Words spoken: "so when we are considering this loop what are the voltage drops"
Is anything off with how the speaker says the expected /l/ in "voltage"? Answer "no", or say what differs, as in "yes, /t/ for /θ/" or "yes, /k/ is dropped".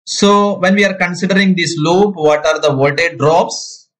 yes, /l/ is dropped